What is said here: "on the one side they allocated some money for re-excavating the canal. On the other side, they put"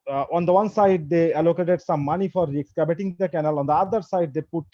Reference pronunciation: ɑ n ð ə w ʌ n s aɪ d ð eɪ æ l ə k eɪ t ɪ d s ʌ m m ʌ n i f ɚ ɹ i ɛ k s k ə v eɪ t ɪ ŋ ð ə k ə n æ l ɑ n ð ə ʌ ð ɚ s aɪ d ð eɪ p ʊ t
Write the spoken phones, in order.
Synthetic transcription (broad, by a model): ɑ n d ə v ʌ n s aɪ d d eɪ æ l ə k eɪ t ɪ d s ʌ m m ʌ n i f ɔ ɹ i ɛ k s k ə b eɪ t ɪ ŋ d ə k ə n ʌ l ɑ n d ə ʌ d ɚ s aɪ d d eɪ p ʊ t